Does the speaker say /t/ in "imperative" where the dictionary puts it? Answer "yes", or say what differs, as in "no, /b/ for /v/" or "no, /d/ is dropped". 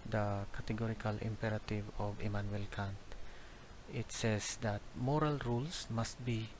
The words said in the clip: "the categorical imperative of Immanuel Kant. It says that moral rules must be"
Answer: yes